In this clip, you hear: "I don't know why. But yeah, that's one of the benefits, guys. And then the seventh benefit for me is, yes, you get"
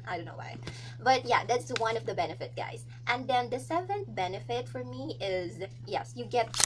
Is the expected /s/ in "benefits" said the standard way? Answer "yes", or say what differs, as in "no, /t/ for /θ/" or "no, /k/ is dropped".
no, /s/ is dropped